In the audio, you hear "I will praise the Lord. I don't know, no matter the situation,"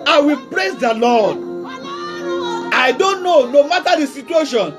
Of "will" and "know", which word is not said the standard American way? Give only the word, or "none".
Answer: none